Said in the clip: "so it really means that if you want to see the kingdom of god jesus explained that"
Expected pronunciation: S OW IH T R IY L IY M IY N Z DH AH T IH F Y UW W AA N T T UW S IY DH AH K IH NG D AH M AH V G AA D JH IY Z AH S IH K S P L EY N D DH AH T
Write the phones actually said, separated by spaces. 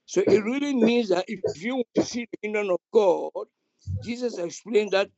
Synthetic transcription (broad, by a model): S OW IH T R IY L IY M IY N Z DH AH T IH F Y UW W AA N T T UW S IY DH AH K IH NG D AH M AH V G AA D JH IY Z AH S IH K S P L EY N D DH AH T